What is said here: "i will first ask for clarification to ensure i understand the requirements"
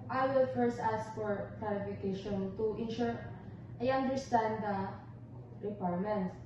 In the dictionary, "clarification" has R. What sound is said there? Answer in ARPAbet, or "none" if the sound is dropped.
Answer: L